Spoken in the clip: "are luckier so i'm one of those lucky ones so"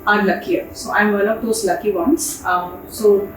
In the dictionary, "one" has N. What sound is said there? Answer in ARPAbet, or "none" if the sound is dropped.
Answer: L